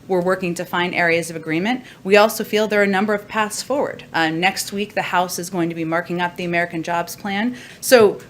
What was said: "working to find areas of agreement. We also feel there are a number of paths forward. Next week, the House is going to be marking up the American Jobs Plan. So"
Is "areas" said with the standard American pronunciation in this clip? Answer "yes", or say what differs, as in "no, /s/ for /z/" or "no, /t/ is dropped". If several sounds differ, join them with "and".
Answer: yes